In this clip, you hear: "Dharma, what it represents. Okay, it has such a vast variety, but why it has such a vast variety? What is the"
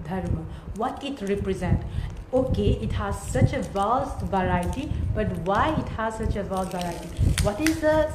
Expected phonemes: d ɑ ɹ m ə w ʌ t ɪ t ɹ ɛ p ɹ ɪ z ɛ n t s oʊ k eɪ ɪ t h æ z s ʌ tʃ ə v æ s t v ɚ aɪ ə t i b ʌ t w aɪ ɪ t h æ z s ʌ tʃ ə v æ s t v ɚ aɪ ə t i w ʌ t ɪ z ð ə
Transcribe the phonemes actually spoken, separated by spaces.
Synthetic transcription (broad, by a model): d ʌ ɹ m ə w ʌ t ɪ t ɹ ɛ p ɹ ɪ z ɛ n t oʊ k eɪ ɪ t h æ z s ʌ tʃ ə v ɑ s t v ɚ aɪ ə t i b ʌ t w aɪ ɪ t h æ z s ʌ tʃ ə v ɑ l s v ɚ aɪ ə t i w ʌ t ɪ z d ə